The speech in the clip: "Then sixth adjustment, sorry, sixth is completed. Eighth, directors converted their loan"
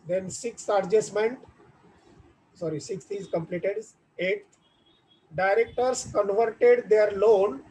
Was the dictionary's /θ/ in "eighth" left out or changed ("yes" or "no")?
yes